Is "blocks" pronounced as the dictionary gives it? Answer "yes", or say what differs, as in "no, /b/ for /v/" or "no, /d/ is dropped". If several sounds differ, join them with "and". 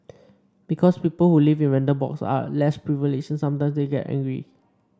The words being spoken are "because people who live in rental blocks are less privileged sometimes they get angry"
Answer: no, /l/ is dropped